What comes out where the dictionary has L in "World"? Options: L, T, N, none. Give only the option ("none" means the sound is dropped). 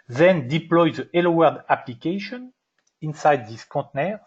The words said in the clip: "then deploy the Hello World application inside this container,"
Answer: none